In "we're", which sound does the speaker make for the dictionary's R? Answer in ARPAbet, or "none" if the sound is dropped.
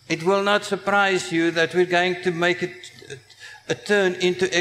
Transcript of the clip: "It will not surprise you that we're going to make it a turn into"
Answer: R